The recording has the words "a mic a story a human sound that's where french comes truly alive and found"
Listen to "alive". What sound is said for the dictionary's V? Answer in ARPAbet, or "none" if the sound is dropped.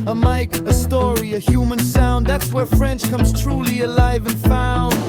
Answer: V